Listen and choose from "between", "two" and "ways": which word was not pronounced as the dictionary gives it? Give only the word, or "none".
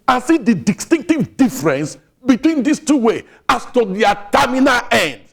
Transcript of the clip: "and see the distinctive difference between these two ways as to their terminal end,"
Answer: ways